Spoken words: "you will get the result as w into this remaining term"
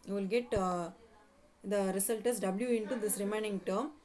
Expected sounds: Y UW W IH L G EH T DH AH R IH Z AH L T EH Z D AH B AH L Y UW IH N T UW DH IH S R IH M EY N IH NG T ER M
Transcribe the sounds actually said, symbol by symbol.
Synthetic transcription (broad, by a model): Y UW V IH L G EH T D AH R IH S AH L T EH S D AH B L Y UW IH N T UW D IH S R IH M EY N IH NG T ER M